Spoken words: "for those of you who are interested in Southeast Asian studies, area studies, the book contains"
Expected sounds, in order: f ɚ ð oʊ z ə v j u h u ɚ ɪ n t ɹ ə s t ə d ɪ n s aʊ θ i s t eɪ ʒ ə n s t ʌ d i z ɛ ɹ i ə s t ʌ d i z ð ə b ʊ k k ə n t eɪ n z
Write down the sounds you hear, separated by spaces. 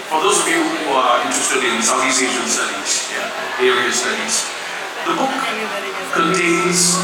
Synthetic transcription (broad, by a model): f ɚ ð oʊ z ə v j u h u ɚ ɪ n t ɹ ə s t ə d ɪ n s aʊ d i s eɪ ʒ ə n s t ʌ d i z ɛ ɹ i ə s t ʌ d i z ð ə b ʊ k k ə n t eɪ n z